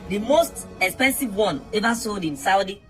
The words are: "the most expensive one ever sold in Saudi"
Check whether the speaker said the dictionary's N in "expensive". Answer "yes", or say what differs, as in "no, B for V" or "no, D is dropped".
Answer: yes